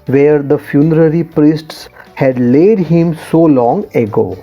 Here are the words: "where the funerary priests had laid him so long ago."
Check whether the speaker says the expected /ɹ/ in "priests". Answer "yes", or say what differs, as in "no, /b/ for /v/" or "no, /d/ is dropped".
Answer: yes